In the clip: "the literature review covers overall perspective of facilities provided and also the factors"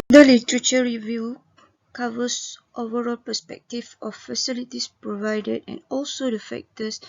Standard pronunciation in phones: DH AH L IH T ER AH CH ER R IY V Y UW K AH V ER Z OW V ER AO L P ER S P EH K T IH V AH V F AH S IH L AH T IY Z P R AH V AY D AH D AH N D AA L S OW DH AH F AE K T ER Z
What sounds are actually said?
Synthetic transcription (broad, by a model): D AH L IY T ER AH CH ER R IY V Y UW K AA V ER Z OW V ER AO L P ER S P EH K T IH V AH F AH S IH L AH T IY S P R AH V AY D AH D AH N AA L S OW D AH F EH K T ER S